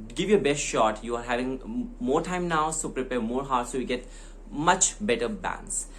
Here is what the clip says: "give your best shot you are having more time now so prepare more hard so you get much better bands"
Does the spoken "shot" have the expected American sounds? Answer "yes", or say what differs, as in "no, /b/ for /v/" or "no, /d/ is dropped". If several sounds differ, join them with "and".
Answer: yes